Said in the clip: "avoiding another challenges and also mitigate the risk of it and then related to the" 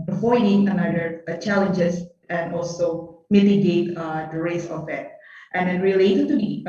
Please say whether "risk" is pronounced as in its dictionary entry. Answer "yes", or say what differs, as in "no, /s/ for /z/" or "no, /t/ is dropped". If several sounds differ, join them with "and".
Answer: no, /k/ is dropped